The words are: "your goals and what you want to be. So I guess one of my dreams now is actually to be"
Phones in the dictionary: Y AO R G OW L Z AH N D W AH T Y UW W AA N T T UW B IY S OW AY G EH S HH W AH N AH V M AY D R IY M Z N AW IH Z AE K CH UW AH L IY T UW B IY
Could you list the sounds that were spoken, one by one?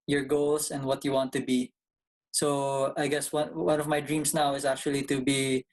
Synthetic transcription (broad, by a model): Y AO R G OW L S AH N D W AH T Y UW W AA N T T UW B IY S OW AY G EH S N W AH N AH V M AY D R IY M S N AW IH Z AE K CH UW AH L IY T UW B IY